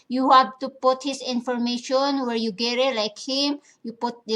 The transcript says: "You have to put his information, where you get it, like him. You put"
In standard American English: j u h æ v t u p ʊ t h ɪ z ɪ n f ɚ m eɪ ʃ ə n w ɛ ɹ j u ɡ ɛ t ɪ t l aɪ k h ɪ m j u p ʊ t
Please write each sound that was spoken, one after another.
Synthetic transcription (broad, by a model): j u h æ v t u p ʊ t h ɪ s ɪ n f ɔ m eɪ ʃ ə n w ɛ ɹ j u ɡ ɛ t ɪ t l aɪ k h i m j u p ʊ t